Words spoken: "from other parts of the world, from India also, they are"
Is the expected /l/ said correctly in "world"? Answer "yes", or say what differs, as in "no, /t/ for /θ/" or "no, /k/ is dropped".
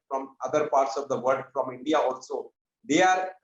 no, /l/ is dropped